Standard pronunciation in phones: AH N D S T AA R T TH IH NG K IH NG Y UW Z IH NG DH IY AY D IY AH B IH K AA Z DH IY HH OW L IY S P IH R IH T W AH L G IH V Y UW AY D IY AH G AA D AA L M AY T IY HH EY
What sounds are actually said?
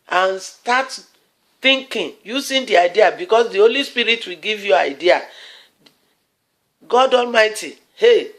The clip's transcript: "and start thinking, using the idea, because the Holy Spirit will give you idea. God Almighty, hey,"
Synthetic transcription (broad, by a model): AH N S T AA T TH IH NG K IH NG Y UW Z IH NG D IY AY D IY AH B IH K AA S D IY HH OW L IY S P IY R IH T W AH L G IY V Y UW AY D IY AH G AA D AA L M AY T IY HH EY